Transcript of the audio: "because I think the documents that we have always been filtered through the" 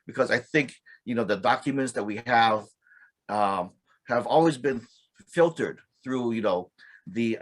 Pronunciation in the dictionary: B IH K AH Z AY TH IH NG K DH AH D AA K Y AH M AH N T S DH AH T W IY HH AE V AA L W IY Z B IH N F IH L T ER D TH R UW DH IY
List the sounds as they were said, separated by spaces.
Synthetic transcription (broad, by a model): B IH K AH Z AY TH IH NG K DH AH D AA K Y AH M AH N T S DH AH T W IY HH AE V AA L W IY Z B IH N F IH L T ER D TH R UW DH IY